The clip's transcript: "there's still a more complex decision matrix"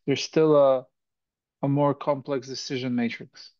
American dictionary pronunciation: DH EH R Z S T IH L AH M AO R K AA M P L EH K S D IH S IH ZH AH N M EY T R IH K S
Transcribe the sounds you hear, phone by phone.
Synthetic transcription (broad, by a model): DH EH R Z S T IH L AH M AO R K AA M P L EH K S D IH S IH ZH AH N M EY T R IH K S